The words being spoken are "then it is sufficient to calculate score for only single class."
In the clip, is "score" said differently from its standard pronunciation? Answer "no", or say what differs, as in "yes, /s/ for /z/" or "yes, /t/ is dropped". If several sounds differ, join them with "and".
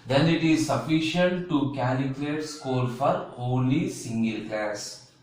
yes, /l/ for /ɹ/